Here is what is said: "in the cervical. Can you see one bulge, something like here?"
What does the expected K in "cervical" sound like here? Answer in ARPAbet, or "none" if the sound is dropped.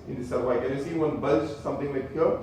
none